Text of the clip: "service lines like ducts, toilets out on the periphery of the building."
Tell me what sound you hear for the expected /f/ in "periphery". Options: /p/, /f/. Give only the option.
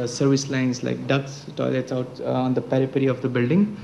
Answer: /p/